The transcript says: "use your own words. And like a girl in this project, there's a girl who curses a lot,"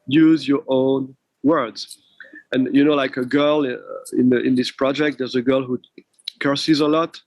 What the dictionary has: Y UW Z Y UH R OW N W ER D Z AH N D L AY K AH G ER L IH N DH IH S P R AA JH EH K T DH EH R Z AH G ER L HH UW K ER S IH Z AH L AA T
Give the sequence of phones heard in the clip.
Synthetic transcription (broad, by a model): Y UW Z Y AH R OW N W ER D Z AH N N L AY K AH G ER L IH N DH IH S P R AA JH EH K T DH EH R Z AH G ER L HH UW K ER S IH Z AH L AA T